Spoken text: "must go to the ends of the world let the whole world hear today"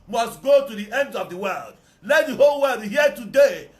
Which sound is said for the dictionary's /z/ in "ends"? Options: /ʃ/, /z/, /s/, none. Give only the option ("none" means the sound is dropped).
none